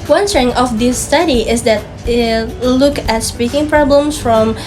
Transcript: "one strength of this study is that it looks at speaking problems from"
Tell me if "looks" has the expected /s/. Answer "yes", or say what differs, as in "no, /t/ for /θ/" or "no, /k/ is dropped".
no, /s/ is dropped